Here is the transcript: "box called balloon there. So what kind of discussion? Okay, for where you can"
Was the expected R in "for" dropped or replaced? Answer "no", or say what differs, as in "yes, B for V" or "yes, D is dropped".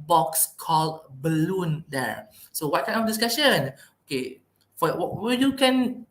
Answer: yes, W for R